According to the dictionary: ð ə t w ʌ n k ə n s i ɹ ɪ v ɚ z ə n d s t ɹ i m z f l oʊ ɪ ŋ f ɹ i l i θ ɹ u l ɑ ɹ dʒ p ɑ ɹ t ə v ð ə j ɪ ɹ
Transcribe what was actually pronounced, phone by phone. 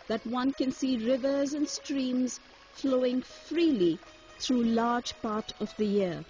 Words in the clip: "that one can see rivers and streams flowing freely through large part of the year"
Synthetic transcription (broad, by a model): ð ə t w ʌ n k ə n s i ɹ ɪ v ɚ z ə n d s t ɹ i m z f l oʊ ɪ ŋ f ɹ i l i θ ɹ u l ɑ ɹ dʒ p ɑ ɹ t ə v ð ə j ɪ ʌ